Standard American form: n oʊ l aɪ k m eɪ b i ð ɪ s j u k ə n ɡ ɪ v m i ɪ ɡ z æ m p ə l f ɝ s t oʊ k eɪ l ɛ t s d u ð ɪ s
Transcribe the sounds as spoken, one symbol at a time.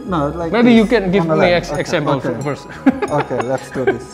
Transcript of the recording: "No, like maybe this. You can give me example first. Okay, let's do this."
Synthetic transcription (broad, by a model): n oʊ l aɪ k m eɪ b i j u k ə n ɡ ɪ v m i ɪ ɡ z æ m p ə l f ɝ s oʊ k eɪ l ɛ t s d u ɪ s